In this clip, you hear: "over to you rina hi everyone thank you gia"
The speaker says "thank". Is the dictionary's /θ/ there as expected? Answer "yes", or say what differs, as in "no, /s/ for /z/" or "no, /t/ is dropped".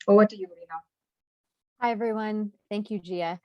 yes